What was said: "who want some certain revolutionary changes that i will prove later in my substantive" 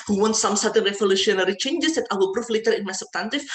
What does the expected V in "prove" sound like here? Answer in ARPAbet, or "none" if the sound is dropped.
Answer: F